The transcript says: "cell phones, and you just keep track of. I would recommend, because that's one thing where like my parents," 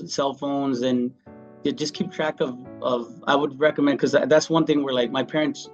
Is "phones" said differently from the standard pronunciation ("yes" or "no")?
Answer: no